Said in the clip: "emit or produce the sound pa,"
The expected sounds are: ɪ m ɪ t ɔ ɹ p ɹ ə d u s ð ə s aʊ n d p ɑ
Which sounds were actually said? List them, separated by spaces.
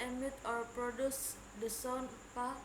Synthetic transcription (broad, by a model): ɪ m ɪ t ɔ ɹ p ɹ ə d u s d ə s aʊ n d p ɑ